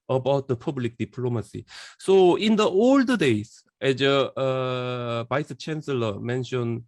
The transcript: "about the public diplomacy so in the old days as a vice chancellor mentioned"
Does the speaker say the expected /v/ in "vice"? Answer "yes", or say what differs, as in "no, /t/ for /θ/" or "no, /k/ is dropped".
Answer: no, /b/ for /v/